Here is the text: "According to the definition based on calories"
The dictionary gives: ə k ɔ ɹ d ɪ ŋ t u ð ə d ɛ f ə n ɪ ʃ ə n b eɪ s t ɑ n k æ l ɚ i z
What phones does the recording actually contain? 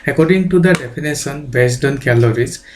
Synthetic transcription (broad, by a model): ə k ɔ ɹ d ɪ ŋ t u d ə d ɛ p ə n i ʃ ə n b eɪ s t ɑ n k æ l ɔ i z